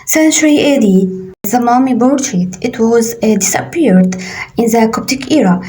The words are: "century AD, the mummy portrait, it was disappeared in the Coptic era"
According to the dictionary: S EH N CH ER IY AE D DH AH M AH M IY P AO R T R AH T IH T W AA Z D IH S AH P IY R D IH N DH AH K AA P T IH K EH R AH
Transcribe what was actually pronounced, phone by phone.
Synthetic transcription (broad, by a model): S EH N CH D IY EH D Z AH M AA M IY B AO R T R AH T IH T W AA Z D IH S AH P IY R D IH N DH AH K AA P T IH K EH R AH